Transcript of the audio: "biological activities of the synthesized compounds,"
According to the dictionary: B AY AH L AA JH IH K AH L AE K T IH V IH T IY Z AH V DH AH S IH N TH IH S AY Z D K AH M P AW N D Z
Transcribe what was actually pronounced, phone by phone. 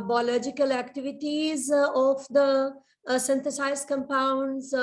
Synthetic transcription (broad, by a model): B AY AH L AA JH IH K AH L AE K T IH V IH T IY Z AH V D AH S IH N T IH S AY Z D K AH M P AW N D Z